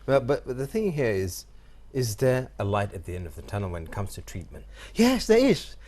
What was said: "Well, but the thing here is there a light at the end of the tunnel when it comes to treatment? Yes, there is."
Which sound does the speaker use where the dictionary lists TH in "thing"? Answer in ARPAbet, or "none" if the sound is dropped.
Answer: TH